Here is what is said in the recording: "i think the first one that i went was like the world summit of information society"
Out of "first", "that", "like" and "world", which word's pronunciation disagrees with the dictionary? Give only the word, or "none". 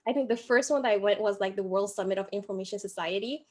none